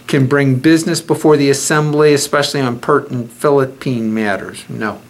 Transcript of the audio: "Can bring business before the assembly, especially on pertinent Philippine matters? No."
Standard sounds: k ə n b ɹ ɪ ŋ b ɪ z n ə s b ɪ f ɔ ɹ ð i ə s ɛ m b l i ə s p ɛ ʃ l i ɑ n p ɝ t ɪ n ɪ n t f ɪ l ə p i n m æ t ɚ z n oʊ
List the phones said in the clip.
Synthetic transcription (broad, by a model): k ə n b ɹ ɪ ŋ b ɪ z n ə s b ɪ f ɔ ɹ ð i ə s ɛ m b l i ə s p ɛ ʃ l i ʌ n p ɝ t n n f ɪ l ə p i n m æ t ɚ z n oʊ